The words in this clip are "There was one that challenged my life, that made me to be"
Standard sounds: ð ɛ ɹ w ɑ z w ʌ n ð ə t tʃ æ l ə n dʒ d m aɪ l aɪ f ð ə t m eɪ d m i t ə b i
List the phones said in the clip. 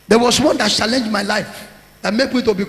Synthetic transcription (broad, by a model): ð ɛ w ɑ s w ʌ n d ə t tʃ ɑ l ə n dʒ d m aɪ l aɪ f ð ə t m eɪ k m i t ə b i